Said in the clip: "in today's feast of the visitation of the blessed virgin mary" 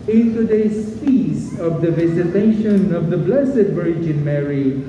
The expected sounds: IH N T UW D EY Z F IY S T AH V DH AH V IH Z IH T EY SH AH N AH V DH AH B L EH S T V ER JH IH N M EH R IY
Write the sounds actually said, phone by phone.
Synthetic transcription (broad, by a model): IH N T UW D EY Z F IY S AH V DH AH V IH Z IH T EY SH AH N AH V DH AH B L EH S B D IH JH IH N M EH R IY